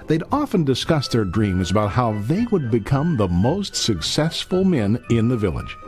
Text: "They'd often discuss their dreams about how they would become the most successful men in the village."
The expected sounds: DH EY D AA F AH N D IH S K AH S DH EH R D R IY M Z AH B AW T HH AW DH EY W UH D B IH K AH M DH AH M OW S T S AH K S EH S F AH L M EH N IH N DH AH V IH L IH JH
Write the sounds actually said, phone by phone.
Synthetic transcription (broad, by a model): DH EY D AA F AH N D IH S K AH S DH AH R D R IY M Z AH B AW T HH AW DH EY W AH D B IH K AH M DH AH M OW S T S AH K S EH S F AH L M EH N IH N DH AH V IH L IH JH